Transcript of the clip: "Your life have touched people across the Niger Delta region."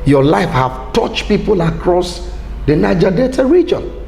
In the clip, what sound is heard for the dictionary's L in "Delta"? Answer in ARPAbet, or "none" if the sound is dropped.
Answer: none